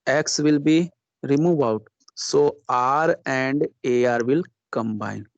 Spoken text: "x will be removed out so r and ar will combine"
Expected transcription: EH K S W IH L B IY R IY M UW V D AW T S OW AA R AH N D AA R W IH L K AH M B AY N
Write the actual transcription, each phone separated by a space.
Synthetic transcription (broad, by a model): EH K S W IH L B IY R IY M UW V AW T S OW AA R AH N D AA R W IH L K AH M B AY N